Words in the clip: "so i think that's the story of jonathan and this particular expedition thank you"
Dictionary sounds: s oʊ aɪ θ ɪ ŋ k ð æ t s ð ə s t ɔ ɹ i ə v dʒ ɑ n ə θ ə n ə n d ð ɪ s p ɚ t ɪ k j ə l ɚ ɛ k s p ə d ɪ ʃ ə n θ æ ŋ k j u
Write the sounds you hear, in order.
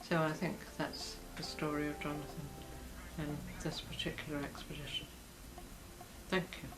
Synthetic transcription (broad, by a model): s oʊ aɪ θ ɪ ŋ k ð æ t s ð ə s t ɔ ɹ i ə v dʒ ɑ n ə θ ə n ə n ð ɪ s p ɚ t ɪ k j l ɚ ɛ k s p ə d ɪ ʃ ə n θ æ ŋ k j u